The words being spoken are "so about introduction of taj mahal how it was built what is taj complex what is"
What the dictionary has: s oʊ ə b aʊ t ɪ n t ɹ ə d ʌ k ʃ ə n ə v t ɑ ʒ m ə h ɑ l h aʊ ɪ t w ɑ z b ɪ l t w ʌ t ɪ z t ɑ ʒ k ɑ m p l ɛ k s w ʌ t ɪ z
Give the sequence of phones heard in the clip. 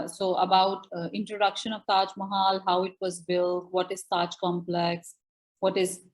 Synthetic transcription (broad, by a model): s oʊ ə b aʊ t ɪ n t ɹ ə d ʌ k ʃ ə n ə v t ɑ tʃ m ə h ɑ l h aʊ ɪ t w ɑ z b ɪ l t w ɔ t ɪ z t ɑ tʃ k ɑ m p l ɛ k s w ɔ t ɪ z